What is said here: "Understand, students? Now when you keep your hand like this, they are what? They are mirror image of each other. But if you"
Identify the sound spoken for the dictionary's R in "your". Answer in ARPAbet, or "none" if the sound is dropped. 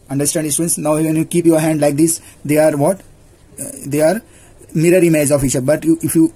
R